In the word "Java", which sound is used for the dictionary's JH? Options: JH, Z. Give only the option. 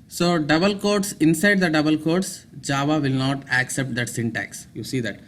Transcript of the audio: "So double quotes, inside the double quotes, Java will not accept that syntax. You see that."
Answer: JH